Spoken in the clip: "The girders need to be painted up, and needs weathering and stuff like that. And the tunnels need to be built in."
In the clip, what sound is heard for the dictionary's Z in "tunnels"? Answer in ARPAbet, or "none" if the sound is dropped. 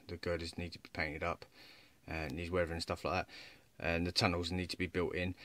Z